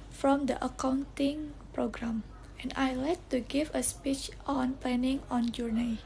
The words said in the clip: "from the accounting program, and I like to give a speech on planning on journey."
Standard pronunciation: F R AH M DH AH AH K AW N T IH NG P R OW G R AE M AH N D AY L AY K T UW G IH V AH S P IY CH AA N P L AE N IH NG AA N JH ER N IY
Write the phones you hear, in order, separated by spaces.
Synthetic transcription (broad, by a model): F R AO M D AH AH K AW N T IH NG P R OW G R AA M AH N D AY L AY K T UW G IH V AH S P IY CH AA N P L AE N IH NG AA N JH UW N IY